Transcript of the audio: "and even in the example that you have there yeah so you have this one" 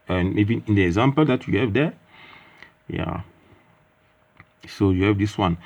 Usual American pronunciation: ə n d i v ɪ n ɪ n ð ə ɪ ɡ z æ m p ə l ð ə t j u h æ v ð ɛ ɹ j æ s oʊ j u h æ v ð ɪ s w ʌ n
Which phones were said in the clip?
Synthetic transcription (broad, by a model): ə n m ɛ b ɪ ɪ n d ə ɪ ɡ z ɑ m p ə l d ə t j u h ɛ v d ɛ j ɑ s oʊ j u h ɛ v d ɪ s w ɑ n